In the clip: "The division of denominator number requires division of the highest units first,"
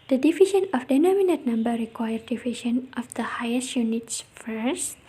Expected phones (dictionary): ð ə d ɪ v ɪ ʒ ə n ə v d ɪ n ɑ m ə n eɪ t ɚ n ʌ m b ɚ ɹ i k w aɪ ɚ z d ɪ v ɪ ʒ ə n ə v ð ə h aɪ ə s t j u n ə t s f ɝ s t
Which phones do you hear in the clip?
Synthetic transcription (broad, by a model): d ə d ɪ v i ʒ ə n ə f d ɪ n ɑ m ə n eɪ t n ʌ m b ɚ ɹ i k w aɪ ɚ d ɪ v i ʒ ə n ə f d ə h aɪ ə s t j u n ə t s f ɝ s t